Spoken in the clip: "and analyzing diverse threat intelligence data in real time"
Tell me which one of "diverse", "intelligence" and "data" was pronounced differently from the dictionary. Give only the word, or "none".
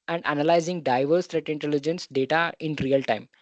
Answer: none